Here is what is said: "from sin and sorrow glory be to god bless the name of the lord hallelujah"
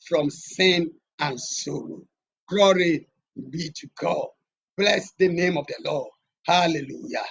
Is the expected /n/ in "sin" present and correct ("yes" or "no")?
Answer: yes